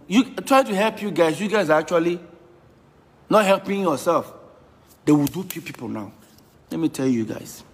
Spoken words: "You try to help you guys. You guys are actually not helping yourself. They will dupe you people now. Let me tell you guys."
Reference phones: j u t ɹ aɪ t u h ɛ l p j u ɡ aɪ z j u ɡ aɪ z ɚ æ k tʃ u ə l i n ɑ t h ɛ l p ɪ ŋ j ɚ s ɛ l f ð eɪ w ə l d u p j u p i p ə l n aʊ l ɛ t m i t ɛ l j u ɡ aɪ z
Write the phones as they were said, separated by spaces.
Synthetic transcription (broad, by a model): j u t ɹ aɪ t u h ɛ l p j u ɡ aɪ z j u ɡ aɪ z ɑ k tʃ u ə l i n ɑ t h ɛ l p ɪ ŋ j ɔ s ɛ l f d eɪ w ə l d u f j u p i p ə l n aʊ l ɛ t m i t ɛ l j u ɡ aɪ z